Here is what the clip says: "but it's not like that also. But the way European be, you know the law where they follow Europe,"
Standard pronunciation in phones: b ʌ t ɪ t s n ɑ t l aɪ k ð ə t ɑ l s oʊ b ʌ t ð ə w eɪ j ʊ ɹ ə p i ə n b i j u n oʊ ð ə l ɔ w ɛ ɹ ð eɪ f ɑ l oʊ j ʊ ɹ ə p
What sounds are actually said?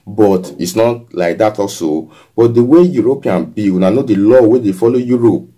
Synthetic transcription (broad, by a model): b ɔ t ɪ t s n ɑ t l aɪ k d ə t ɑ s oʊ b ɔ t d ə w eɪ j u ɹ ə p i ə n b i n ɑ n oʊ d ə l ɔ w ɛ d eɪ f ɑ l oʊ j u ɹ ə p